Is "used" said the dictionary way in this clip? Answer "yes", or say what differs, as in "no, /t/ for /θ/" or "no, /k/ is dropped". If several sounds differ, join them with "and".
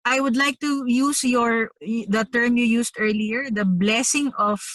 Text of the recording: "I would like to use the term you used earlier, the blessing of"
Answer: no, /s/ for /z/